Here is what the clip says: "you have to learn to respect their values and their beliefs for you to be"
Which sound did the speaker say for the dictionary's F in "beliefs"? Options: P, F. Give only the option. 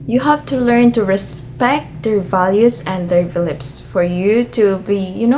P